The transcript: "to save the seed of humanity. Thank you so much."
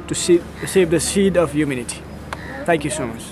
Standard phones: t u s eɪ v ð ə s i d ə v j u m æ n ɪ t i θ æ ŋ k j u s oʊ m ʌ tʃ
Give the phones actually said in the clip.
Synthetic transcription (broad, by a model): t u s eɪ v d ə s i d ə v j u m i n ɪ t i t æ ŋ k j u s oʊ m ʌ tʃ